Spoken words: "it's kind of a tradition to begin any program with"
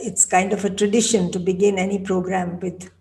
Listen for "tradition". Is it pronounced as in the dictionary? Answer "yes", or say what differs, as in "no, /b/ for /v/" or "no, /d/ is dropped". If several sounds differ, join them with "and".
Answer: yes